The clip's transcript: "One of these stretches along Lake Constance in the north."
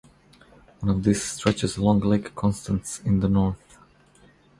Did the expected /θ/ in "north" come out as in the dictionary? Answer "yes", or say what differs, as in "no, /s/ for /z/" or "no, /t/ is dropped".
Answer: yes